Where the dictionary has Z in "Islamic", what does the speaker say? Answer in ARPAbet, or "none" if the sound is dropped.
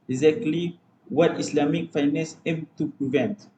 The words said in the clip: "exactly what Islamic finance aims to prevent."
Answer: S